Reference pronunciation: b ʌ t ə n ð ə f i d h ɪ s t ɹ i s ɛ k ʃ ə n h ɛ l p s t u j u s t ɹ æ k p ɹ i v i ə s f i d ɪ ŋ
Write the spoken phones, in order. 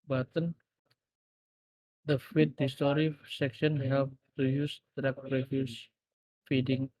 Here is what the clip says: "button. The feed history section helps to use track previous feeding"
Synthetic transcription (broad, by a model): b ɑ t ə n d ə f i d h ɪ s t ɹ i s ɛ k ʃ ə n h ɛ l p t u j u s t ɹ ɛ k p ɹ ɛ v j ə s f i d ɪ ŋ